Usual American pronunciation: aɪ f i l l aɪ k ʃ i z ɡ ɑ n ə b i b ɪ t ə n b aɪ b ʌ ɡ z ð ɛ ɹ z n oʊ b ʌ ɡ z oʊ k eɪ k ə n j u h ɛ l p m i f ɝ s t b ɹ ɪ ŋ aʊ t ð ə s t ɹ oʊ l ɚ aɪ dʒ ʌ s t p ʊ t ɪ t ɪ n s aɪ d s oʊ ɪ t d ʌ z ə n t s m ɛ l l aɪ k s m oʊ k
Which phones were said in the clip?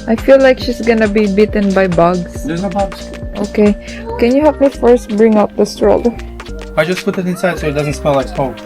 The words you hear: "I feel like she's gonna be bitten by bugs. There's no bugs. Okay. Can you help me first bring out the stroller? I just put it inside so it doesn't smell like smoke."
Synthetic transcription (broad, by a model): aɪ f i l l aɪ k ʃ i s ɡ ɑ n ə b i b ɪ t ə n b aɪ b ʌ ɡ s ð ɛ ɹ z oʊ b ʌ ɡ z oʊ k eɪ k ə n j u h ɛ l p m i f ɝ s t b ɹ ɪ ŋ aʊ t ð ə s t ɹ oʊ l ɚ aɪ dʒ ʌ s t p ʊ t ɪ t ɪ n s aɪ d s oʊ ɪ t d ʌ z ə n t s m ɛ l l aɪ k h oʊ